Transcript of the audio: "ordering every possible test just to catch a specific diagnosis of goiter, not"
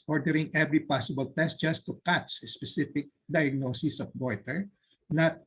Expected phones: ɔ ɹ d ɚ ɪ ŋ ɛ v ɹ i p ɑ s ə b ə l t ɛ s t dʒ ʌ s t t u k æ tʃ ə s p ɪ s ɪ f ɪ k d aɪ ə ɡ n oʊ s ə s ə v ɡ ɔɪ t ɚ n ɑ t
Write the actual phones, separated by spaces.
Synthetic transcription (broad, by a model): ɔ ɹ d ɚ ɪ ŋ ɛ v ɹ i p ɑ s ə b ə l t ɛ s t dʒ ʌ s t t u k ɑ s ə s p ɪ s ɪ f ɪ k d aɪ ə ɡ n oʊ s ə s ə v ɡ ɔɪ t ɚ n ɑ t